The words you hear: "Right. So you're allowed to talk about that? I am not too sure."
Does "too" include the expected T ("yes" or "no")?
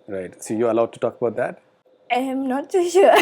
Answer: no